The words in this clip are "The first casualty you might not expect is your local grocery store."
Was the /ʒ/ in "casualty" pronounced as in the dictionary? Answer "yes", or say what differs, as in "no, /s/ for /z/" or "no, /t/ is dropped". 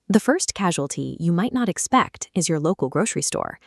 yes